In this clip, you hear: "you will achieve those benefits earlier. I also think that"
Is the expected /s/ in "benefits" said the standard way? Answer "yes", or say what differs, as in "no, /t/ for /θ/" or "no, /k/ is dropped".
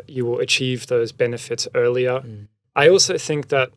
yes